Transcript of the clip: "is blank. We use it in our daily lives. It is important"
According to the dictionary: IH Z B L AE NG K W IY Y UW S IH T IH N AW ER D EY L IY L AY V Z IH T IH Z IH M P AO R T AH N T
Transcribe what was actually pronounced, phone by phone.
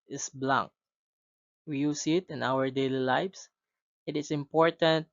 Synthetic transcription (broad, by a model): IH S B L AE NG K W IY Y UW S IH T IH N AW ER D EY L IY L AY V S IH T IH S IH M P AO R T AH N T